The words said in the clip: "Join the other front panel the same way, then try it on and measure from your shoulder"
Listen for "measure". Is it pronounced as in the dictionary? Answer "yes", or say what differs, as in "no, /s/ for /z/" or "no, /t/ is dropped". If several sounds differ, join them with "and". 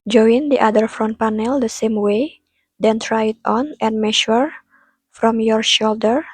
no, /ʃ/ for /ʒ/